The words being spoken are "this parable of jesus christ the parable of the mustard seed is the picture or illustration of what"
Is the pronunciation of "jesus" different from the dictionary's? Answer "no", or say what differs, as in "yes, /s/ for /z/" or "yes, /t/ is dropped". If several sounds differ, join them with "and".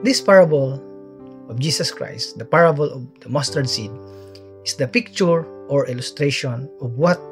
yes, /s/ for /z/